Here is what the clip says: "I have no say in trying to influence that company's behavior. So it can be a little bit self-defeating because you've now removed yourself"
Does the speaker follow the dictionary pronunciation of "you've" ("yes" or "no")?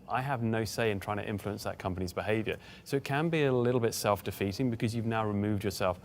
yes